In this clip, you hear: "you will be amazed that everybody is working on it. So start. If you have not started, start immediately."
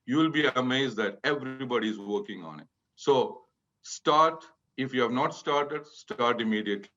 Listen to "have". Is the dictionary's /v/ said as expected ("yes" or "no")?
yes